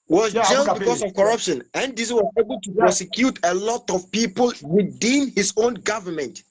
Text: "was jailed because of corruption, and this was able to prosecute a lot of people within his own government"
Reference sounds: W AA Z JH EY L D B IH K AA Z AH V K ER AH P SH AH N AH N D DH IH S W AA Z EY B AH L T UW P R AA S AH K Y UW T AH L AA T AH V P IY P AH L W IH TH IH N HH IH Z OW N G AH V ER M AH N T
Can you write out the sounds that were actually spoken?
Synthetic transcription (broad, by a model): W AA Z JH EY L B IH K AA S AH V K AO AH P SH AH N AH N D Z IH W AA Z EY B AH L T UW P R AA S AH K Y UW T AH L AA T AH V P IY P AH L W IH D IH N HH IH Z OW N G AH V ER M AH N T